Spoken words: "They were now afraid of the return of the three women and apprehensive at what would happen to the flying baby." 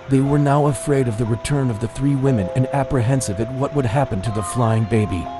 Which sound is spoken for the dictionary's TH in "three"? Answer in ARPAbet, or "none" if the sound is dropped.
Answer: TH